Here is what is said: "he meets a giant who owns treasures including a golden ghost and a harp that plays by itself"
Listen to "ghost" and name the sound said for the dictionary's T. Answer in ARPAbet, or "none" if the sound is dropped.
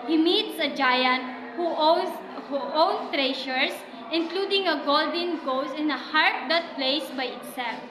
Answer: none